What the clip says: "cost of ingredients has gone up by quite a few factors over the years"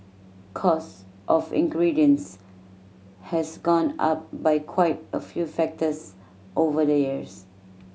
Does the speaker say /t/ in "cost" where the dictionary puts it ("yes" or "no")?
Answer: yes